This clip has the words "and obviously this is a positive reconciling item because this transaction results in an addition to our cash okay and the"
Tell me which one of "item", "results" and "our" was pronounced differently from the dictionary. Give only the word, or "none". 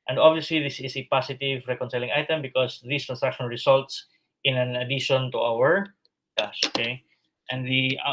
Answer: results